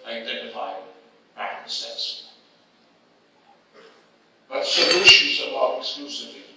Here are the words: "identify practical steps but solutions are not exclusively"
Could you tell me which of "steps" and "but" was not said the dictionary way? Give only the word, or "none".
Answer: steps